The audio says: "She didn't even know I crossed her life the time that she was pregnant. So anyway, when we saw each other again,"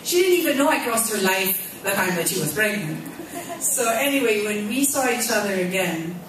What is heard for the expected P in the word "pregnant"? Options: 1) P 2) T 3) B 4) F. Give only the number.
3